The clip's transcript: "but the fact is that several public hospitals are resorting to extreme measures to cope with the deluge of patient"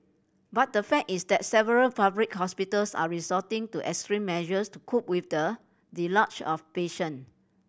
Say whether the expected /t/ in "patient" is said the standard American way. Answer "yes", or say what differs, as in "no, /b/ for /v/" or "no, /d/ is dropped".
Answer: no, /t/ is dropped